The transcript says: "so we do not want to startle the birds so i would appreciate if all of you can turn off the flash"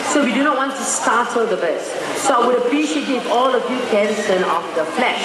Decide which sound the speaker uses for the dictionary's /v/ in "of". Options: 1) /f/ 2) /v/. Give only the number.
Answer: 1